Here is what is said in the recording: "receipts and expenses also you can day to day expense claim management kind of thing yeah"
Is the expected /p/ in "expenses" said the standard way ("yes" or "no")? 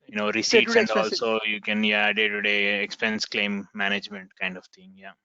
no